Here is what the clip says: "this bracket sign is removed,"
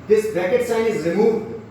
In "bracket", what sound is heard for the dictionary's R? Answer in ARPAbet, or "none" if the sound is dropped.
none